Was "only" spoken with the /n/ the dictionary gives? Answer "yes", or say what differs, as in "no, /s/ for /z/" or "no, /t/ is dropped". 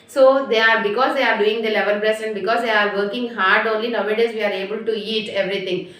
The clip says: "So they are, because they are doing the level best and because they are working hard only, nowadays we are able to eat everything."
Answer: yes